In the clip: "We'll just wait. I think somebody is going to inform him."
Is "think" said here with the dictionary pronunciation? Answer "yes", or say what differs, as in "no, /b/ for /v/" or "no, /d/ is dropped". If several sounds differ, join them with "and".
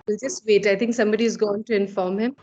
no, /t/ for /θ/